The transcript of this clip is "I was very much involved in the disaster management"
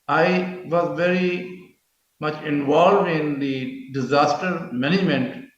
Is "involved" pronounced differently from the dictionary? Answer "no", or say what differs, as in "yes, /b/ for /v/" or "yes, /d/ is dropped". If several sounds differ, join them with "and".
no